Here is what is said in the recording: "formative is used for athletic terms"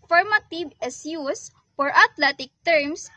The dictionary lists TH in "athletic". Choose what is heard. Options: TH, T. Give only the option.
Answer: T